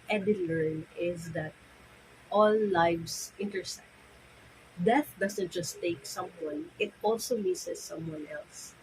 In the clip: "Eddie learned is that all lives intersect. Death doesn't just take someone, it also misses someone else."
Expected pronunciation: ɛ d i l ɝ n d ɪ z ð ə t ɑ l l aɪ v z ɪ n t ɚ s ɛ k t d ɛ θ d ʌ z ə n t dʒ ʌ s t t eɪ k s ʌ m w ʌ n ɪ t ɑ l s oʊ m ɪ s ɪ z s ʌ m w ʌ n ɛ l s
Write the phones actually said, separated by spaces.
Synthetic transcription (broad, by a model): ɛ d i l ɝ n ɪ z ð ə t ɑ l l aɪ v s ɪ n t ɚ s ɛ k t d ɛ θ d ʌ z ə n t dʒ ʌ s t t eɪ k s ʌ m w ʌ n ɪ t ɑ l s oʊ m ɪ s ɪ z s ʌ m w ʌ n ɛ l s